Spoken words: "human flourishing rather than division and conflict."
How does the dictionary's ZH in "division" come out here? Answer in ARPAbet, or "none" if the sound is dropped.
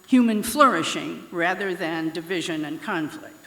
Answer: ZH